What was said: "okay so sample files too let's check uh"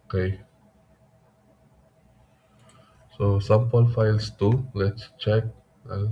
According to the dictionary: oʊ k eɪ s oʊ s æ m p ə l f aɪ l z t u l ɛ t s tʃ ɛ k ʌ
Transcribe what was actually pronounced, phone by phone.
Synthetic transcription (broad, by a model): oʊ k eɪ s oʊ s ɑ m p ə n f aɪ l s t u l ɛ t s tʃ ɛ k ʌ